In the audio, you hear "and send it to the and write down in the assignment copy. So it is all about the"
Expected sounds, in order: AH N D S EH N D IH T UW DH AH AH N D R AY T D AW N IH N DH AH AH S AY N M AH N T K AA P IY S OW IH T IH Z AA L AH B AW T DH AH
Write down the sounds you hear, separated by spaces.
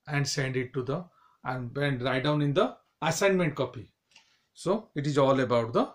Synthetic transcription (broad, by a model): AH N D S EH N D IH T UW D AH AH N D R AY T D AW N IH N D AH AH S AY N M AH N T K AA P IY S OW IH T IH Z AA L AH B AW T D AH